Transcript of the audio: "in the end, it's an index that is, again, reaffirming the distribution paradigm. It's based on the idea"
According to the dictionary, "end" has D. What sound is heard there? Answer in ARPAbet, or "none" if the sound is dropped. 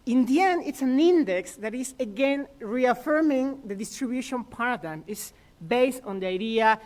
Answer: none